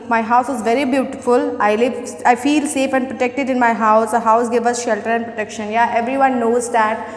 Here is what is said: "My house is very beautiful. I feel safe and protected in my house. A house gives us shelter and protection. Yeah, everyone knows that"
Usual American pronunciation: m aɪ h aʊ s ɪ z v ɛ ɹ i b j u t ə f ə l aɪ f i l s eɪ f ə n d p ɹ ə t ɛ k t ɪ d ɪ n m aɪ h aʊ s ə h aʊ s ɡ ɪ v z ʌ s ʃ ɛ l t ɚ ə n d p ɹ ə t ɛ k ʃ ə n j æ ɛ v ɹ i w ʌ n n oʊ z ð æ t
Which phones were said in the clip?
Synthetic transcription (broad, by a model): m aɪ h aʊ s ɪ z v ɛ ɹ i b j u t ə f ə l aɪ f i l s eɪ f ə n d p ɹ ə t ɛ k t ɪ d ɪ n m aɪ h aʊ s ə h aʊ s ɡ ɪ v ʌ s ʃ ɛ l t ɚ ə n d p ɹ ə t ɛ k ʃ ə n j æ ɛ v ɹ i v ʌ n n oʊ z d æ t